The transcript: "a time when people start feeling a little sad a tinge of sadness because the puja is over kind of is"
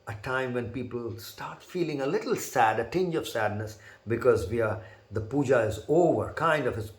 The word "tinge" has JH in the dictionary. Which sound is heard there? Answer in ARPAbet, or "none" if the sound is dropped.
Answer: JH